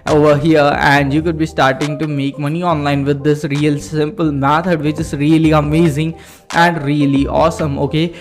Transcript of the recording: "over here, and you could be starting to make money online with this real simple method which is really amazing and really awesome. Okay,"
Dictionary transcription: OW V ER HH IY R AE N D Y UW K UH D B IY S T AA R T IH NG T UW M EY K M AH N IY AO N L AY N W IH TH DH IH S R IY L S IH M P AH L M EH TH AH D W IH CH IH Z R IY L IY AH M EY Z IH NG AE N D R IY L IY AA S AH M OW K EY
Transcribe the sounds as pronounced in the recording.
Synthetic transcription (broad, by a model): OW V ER HH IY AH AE N D Y UW K UH D B IY S T AA R T IH NG T UW M EY K M AH N IY AO N L AY N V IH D IH S R IY L S IH M P AH L M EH T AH D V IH CH IH Z R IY L IY AH M EY Z IH NG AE N D R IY L IY AA S AH M OW K EY